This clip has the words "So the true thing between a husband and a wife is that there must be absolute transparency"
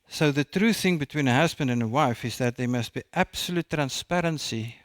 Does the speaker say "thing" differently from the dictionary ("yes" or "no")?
no